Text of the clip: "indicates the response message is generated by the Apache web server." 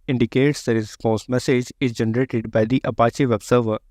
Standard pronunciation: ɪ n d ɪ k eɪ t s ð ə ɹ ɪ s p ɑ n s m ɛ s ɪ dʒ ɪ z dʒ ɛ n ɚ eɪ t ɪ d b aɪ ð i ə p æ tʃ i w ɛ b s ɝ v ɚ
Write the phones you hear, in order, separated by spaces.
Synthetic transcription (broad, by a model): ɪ n d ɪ k eɪ t s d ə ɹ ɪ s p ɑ s m ɛ s ɪ dʒ ɪ z dʒ ɛ n ɚ eɪ t ɪ d b aɪ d i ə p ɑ tʃ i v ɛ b s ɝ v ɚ